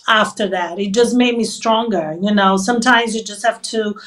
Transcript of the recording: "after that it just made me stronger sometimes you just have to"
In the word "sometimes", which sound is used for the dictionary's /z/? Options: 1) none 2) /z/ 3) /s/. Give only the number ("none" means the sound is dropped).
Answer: 2